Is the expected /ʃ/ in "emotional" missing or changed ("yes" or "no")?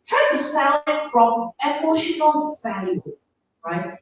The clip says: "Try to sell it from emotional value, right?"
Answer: no